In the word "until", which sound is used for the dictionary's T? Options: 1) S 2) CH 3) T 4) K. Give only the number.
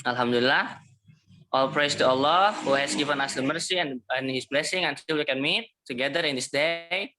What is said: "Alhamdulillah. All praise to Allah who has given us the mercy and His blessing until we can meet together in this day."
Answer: 1